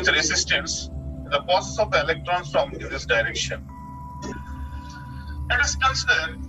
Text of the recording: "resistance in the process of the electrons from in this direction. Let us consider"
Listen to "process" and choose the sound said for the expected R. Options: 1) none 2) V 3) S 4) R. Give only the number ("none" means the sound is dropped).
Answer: 1